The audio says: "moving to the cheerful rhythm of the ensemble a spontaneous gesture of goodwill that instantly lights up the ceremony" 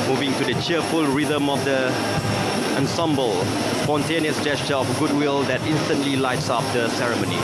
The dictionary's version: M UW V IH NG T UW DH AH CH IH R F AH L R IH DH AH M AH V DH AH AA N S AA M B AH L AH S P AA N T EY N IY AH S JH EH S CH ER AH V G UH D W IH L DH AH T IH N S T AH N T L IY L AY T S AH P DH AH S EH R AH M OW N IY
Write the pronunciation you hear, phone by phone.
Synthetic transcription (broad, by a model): M UW V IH NG T UW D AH CH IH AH F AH L R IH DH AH M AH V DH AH AA N S AA M B AH L S P AA N T EY N IY AH S JH EH S CH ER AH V G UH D W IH L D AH T IH N S T AH N T L IY L AY T S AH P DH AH S EH R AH M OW N IY